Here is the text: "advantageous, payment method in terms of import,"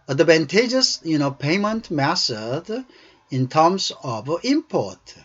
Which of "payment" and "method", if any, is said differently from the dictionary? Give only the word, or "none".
method